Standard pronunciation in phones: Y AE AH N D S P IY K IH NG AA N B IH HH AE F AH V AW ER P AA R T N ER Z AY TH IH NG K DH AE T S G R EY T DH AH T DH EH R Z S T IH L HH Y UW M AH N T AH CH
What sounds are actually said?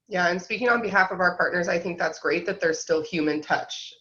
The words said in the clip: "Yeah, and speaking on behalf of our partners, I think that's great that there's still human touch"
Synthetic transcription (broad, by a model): Y AE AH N S P IY K IH NG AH N B IH HH AE F AH V AW ER P AA R T N ER Z AY TH IH NG K DH AE T S G R EY T DH AH T DH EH R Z S T IH L HH Y UW M AH N T AH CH